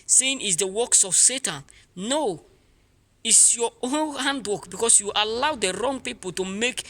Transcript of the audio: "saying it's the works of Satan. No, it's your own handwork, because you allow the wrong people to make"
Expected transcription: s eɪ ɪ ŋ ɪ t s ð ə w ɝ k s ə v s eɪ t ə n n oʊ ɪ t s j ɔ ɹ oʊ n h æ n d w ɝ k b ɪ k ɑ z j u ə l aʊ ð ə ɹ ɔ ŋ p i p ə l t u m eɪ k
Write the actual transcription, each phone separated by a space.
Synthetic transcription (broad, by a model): s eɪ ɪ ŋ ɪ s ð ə w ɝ k s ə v s eɪ t ə n n oʊ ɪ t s j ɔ oʊ n h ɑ n d w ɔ k b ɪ k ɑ s j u ə l aʊ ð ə ɹ ɔ ŋ p i p ə l t u m eɪ k